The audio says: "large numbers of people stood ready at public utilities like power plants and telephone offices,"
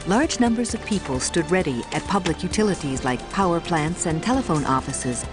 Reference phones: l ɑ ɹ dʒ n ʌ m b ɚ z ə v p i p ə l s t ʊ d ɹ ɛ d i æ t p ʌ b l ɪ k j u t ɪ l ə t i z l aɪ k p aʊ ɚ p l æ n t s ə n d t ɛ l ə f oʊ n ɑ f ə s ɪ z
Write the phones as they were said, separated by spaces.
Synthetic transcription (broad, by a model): l ɑ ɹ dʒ n ʌ m b ɚ z ə v p i p ə l s t ʊ d ɹ ɛ d i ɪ t p ʌ b l ɪ k j u t ɪ l ə t i z l aɪ k p aʊ ɚ p l æ n t s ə n t ɛ l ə f oʊ n ɑ f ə s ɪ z